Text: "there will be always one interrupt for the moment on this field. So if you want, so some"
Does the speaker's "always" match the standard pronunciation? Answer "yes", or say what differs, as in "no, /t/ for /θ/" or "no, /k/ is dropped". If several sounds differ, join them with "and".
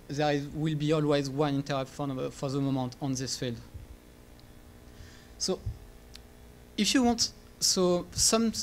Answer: yes